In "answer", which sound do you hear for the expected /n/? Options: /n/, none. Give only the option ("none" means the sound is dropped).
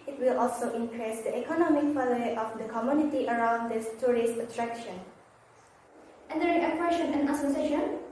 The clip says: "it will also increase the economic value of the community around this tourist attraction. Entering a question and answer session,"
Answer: none